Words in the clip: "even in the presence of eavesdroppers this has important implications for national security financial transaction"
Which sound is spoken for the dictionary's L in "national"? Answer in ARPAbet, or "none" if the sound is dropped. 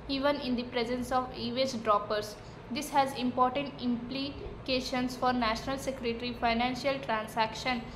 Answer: L